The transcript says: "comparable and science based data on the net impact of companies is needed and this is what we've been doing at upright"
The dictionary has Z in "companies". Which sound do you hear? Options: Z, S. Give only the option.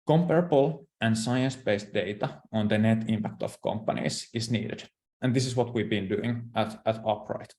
S